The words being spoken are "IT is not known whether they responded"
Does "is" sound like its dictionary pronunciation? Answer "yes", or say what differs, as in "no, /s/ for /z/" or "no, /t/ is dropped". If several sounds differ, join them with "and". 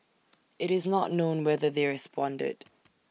yes